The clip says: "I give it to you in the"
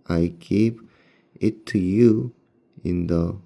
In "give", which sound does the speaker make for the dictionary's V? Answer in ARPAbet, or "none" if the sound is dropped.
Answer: P